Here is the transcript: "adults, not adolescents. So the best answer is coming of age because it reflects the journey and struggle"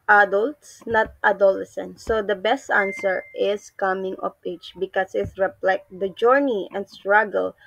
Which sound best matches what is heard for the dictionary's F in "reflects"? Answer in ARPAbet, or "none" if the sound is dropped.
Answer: P